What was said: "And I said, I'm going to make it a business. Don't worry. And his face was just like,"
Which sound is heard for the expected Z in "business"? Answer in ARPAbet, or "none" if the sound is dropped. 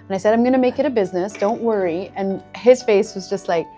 Z